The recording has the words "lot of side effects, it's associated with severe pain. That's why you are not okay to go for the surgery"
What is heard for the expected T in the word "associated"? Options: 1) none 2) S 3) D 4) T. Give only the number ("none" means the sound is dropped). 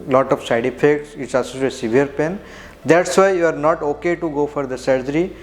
2